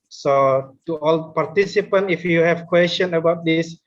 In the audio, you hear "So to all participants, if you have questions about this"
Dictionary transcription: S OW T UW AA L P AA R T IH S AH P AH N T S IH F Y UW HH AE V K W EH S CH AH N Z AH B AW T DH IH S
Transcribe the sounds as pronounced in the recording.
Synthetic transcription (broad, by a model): S OW T UW AA L P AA R T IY S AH P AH N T IH F Y UW HH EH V K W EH S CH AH N AH B AW T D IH S